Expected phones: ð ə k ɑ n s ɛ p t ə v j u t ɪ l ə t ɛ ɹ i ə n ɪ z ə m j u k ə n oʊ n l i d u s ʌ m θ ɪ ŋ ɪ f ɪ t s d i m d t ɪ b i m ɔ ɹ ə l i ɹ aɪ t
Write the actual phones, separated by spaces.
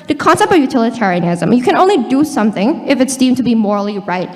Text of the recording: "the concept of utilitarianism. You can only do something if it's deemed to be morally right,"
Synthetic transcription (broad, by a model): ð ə k ɑ n s ɛ p t ə v j u t ɪ l ə t ɛ ɹ i ə n ɪ z ə m j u k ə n oʊ n l i d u s ʌ m θ ɪ ŋ ɪ f ɪ t s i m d t ɪ b i m ɔ ɹ l i ɹ aɪ t